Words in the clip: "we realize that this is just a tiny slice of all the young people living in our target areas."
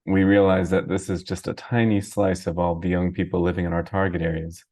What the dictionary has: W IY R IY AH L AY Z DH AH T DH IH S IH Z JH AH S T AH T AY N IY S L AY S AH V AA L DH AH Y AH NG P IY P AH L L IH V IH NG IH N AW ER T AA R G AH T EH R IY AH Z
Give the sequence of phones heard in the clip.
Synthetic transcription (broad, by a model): W IY R IY AH L AY Z DH AH T DH IH S IH Z JH AH S T AH T AY N IY S L AY S AH V AA L DH AH Y AH NG P IY P L L IH V IH NG IH N AW ER T AA R G AH T EH R IY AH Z